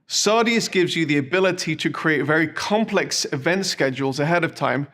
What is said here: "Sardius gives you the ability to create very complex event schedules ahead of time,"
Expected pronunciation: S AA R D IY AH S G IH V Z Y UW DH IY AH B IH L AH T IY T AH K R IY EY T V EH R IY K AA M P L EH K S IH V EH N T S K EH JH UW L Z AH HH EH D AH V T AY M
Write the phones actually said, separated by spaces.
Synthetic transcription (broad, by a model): S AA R D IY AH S G IH V Z Y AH DH IY AH B IH L AH T IY T AH K R IY EY T V EH R IY K AA M P L EH K S IH V EH N T S K EH JH UW L Z AH HH EH D AH V T AY M